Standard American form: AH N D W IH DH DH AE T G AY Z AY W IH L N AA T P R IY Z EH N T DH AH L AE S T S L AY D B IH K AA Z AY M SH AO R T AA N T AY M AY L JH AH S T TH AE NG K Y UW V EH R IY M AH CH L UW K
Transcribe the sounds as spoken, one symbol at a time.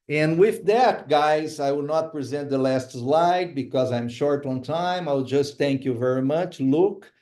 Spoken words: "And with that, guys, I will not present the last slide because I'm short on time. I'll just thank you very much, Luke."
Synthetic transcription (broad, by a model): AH N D W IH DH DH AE T G AY Z AY W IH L N AA T P R IY Z EH N T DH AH L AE S T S L AY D B IH K AA Z AY M SH AO R T AA N T AY M AY W JH AH S T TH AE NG K Y UW V EH R IY M AH CH L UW K